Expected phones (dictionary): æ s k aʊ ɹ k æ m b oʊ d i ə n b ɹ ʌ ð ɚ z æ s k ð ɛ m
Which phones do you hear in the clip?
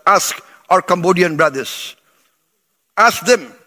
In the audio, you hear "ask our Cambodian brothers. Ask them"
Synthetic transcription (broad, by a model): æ s k aʊ ɹ k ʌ m b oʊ d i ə n b ɹ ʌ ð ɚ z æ s k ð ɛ m